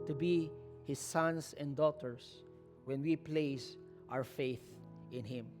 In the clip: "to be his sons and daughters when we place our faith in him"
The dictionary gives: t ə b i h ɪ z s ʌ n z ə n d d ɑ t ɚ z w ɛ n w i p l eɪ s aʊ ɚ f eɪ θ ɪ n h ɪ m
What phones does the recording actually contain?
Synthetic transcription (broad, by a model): t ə b i h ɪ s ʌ n s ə n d d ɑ t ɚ s w ɛ n w i p l eɪ s aʊ ɚ f eɪ θ ɪ n h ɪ m